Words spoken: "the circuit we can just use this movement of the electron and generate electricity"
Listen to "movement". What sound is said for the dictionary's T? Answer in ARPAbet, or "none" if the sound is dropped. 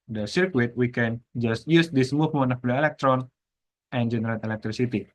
none